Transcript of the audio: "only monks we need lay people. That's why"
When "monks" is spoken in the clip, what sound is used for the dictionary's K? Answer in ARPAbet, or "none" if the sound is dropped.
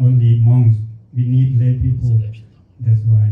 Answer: none